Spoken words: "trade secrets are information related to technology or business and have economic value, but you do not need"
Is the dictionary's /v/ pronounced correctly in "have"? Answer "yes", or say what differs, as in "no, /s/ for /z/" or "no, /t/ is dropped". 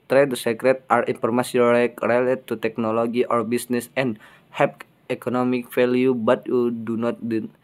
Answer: no, /p/ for /v/